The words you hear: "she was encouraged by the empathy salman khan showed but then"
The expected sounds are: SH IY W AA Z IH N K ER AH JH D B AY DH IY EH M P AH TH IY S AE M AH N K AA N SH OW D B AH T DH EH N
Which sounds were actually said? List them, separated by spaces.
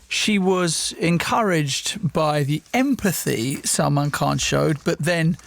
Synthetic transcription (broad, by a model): SH IY W AA Z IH N K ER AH JH B AY DH IY EH M P AH TH IY S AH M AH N K AA N SH OW D B AH T DH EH N